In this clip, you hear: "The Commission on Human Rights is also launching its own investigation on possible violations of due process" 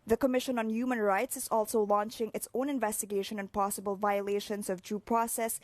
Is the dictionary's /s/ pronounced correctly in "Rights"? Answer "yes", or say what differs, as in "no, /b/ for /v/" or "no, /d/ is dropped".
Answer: yes